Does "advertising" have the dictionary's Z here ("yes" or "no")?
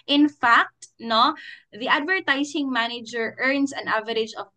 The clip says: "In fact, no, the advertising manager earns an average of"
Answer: no